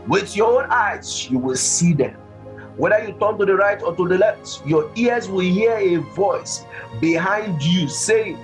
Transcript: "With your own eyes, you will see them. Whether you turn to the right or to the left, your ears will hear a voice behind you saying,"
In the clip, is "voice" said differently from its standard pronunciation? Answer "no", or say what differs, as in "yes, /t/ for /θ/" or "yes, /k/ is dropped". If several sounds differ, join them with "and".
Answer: no